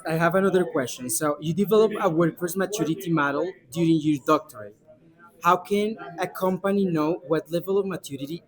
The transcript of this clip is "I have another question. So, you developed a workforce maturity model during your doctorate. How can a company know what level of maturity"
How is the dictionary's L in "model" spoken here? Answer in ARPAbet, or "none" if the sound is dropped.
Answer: L